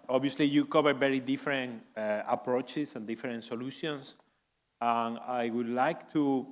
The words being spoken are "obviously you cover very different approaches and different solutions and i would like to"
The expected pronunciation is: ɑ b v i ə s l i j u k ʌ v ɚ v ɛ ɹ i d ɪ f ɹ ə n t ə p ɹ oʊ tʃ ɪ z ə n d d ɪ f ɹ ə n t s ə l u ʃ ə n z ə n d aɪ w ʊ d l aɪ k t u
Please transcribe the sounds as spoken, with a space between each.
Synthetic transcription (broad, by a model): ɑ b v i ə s l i j u k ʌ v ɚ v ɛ ɹ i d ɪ f ɹ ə n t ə p ɹ oʊ tʃ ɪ s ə n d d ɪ f ɹ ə n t s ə l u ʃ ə n s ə n aɪ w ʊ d l aɪ k t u